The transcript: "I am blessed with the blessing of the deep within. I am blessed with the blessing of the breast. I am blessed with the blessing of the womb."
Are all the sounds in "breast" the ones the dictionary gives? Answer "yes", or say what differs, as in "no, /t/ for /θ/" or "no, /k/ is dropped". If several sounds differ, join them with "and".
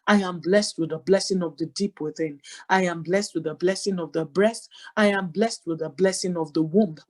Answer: yes